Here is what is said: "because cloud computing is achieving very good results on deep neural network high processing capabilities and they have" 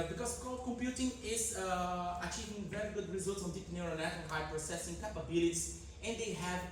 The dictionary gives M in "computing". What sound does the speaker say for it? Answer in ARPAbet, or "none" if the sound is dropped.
M